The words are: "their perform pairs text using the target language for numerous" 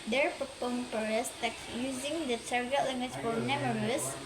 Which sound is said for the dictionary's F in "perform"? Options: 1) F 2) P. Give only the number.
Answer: 2